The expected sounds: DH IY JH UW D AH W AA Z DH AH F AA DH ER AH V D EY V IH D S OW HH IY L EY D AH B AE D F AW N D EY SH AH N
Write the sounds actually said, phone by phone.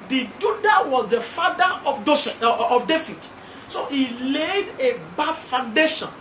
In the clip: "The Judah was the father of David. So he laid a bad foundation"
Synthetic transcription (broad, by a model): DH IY JH UW D AH W AA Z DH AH F AA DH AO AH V D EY F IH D S OW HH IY L EY D AH B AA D F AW N D EY SH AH N